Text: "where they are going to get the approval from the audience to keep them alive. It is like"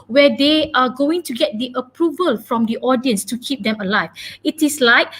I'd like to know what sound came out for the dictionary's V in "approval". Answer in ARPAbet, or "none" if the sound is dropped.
V